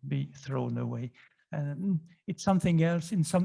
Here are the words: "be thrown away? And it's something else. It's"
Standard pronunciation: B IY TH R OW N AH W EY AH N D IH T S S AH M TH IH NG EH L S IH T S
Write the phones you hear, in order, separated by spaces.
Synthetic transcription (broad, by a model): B IY TH R OW N AH W EY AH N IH T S S AH M TH IH NG EH L S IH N S